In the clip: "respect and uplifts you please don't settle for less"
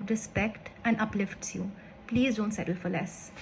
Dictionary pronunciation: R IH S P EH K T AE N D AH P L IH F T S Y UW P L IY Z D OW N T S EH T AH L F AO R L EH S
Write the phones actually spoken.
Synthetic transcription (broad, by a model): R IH S P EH K T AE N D AH P L IH F T S Y UW P L IY Z D OW N T S EH T AH L F AO R L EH S